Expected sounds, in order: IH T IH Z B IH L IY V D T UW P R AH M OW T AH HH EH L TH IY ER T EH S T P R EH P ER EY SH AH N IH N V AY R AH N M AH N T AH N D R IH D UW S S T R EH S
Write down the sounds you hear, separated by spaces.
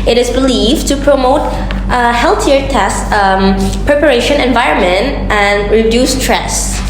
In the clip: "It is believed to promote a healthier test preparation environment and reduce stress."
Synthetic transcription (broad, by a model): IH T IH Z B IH L IY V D T UW P R AH M OW T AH HH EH L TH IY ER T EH S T P R EH P ER EY SH AH N IH N V AY R AH N M AH N T AH N D R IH D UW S S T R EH S